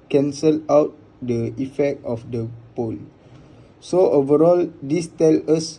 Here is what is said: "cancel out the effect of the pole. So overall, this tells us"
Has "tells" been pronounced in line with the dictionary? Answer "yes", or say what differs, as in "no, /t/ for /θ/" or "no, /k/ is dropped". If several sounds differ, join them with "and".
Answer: no, /z/ is dropped